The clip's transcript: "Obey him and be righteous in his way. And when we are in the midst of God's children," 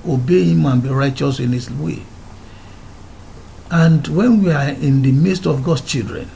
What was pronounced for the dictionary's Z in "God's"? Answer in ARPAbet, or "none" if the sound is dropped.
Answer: none